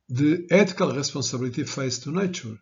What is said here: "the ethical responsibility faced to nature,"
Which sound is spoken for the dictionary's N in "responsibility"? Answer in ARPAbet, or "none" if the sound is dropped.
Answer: none